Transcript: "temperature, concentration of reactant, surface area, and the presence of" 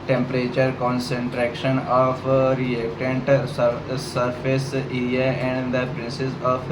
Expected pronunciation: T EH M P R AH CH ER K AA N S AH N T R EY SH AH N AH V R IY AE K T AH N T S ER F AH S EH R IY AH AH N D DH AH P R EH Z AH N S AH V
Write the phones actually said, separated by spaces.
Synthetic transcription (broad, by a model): T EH M P R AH CH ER K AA N S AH N T R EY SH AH N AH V R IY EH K T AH N T S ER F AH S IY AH AH N D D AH P R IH S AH S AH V